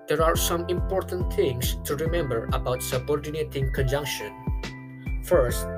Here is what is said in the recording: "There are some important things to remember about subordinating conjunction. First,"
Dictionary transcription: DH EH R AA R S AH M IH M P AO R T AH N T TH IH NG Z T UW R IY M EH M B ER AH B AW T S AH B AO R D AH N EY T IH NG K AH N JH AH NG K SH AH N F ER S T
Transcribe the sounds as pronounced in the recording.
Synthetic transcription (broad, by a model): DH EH R AA R S AH M IH M P AO R T AH N T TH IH NG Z T UW R IY M EH M B ER AH B AW T S AH B AO R D AH N EY T IH NG K AH N JH AH NG K SH AH N F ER S T